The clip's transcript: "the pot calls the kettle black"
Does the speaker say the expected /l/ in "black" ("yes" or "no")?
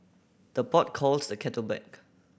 no